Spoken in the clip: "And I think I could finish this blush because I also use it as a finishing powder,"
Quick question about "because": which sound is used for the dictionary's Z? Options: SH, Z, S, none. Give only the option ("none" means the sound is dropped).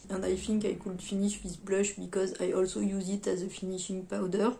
Z